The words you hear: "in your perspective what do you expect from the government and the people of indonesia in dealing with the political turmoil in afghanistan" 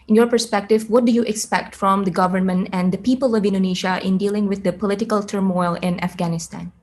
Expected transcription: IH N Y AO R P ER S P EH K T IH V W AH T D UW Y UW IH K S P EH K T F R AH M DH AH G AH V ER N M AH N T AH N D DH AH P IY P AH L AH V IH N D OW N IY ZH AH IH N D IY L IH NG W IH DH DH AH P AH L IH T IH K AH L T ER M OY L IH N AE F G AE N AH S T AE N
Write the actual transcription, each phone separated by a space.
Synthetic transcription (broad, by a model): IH N Y AO R P ER S P EH K T IH V W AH T D UW Y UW IH K S P EH K T F R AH M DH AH G AH V ER N M AH N T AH N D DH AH P IY P AH L AH V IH N D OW N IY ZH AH IH N D IY L IH NG W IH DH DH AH P AH L IH T IH K AH L T ER M OY L IH N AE F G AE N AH S T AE N